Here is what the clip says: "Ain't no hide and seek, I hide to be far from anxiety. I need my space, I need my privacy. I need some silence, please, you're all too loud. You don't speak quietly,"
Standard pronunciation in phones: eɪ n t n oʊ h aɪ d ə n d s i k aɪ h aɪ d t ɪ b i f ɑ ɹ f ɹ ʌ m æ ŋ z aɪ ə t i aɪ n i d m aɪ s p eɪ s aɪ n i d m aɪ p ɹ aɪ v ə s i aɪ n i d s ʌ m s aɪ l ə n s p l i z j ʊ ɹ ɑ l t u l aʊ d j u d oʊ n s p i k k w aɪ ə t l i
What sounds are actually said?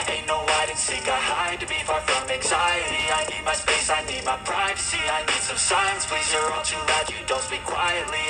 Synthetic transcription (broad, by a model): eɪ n n oʊ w aɪ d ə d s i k aɪ h aɪ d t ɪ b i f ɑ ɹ f ɹ ʌ m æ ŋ z aɪ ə t i aɪ n i d m aɪ s p eɪ s aɪ n i d m aɪ p ɹ aɪ v ə s i aɪ n i d s ʌ m s aɪ ə n s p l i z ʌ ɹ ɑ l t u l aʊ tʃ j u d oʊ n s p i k k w aɪ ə t l i